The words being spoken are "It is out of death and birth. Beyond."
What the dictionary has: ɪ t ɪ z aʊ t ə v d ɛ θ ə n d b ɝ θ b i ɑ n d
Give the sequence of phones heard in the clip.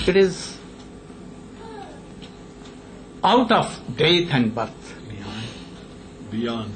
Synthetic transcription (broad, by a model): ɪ t ɪ z aʊ t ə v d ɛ t ə n d b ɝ t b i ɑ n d